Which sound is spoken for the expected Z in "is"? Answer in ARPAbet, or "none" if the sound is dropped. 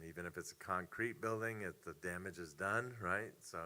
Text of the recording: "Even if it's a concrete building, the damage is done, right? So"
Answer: Z